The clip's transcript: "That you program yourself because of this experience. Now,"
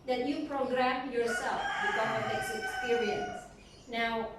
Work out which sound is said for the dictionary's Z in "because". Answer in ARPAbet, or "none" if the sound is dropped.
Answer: none